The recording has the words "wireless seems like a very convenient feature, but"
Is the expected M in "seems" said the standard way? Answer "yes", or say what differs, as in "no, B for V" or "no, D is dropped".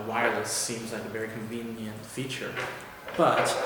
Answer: yes